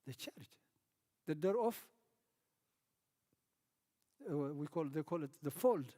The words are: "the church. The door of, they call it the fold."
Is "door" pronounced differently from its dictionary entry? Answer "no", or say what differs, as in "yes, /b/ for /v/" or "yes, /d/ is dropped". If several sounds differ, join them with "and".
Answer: yes, /w/ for /ɹ/